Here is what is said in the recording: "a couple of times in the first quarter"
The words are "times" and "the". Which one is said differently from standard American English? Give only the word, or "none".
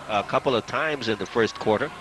none